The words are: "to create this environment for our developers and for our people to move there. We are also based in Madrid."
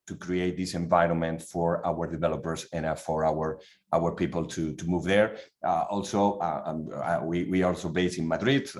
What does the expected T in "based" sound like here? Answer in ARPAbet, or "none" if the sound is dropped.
none